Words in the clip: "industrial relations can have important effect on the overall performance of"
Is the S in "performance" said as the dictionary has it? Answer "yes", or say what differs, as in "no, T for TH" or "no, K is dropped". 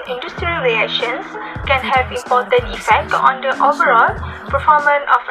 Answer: no, S is dropped